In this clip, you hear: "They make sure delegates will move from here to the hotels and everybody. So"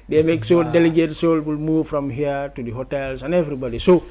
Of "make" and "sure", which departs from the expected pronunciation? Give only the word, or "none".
sure